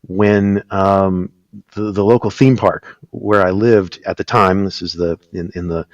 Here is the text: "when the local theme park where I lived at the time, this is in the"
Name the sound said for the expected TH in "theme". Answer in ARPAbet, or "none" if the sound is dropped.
TH